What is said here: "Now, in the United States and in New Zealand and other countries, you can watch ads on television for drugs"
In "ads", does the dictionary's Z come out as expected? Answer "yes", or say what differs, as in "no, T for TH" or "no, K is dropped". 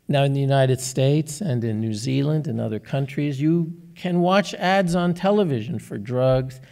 yes